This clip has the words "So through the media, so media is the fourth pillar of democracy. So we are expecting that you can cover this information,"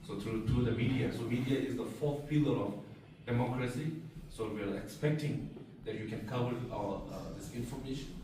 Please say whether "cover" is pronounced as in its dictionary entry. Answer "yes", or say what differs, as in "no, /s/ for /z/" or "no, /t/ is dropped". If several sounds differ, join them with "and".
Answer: no, /w/ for /v/